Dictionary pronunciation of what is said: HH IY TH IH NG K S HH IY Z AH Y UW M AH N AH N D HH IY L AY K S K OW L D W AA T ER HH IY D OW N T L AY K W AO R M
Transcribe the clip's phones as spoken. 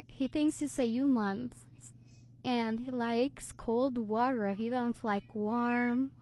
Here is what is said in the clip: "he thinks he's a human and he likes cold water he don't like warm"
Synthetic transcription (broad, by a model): HH IY TH IH NG K S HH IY S AH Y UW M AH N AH N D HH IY L AY K S K OW L D W AA T ER HH IY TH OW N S L AY K W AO R M